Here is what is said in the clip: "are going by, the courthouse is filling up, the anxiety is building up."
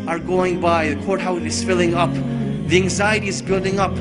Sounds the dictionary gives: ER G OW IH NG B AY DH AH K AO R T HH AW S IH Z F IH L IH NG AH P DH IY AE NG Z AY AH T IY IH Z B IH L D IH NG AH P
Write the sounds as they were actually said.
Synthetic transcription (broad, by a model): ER G OW IH NG B AY DH AH K AO R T HH AW TH IH Z F IH L IH NG AH P DH IY AE NG Z AY AH T IY IH Z B IH L D IH NG AH P